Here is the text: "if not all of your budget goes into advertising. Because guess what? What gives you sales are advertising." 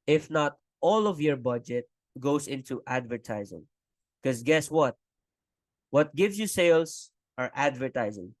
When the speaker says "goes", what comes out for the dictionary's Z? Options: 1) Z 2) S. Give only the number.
2